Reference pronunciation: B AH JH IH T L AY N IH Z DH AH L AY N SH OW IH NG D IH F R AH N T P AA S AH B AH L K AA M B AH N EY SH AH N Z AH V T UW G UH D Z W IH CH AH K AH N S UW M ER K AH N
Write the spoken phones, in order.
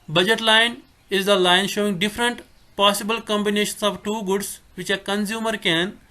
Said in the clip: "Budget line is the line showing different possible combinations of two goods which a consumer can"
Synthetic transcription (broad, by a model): B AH JH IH T L AY N IH Z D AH L AY N SH OW IH NG D IH F R AH N T P AA S AH B AH L K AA M B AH N EY SH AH N S AH V T UW G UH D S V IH CH AH K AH N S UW M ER K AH N